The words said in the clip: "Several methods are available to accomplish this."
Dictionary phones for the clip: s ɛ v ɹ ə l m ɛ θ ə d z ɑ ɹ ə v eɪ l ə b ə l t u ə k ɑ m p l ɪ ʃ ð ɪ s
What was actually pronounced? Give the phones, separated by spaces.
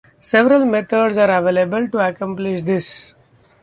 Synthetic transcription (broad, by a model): s ɛ v ɹ ə l m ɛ t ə d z ɑ ɹ ə v eɪ l ə b ə l t u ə k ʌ m p l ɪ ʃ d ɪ s